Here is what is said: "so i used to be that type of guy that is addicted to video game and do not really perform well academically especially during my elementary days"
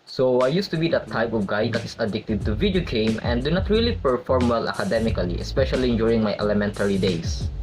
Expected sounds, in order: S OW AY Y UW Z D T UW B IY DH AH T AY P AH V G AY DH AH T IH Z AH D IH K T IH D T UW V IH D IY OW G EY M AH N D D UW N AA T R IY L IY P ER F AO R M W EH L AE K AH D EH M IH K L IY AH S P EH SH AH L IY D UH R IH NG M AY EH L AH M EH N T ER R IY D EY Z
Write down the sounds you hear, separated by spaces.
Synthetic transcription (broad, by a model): S OW AY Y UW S T UW B IY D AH T AY P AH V G AY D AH T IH S AH D IH K T IH D T UW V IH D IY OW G EY M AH N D D UW N AA T R IY L IY P ER F AO R M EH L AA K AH D EH M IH K L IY AH S P EH SH AH L IY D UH R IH NG M AY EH L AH M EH N T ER R IY D EY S